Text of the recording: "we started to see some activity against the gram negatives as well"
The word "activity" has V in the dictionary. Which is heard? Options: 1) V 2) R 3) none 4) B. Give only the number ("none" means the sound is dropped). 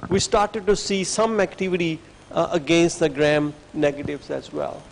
1